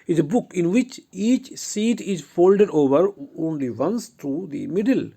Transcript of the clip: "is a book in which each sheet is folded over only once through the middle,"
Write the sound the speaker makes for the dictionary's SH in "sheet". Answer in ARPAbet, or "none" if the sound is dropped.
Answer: S